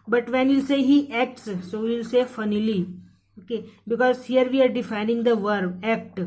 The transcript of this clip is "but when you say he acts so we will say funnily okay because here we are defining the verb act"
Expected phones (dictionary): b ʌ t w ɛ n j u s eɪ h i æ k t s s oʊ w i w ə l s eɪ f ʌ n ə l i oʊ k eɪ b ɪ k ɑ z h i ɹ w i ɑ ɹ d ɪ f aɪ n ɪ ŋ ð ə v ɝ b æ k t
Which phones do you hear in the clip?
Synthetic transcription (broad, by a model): b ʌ t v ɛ n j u s eɪ h i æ k t s s oʊ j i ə l s eɪ f ʌ n ə l i oʊ k eɪ b ɪ k ɑ z h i ɹ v i ɑ ɹ d ɪ f aɪ n ɪ ŋ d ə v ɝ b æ k t